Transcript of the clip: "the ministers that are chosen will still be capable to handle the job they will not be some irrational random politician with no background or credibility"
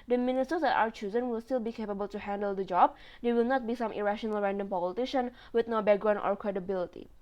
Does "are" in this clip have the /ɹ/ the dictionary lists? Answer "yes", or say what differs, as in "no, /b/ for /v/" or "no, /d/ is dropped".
no, /w/ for /ɹ/